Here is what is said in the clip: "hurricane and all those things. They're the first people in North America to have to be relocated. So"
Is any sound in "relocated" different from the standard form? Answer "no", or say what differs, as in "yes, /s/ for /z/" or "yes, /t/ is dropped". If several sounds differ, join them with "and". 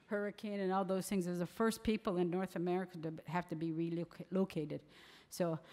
no